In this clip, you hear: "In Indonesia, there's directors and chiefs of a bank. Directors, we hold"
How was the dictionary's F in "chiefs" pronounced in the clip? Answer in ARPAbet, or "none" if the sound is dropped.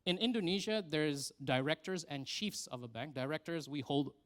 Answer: F